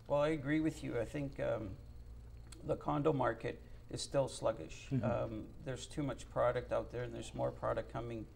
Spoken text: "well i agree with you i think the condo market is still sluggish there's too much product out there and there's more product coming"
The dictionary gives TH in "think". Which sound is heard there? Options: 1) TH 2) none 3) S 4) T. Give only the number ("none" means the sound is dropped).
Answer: 1